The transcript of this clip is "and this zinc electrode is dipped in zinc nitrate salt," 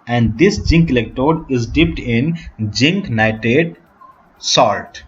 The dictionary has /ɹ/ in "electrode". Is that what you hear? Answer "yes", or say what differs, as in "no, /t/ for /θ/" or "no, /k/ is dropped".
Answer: no, /ɹ/ is dropped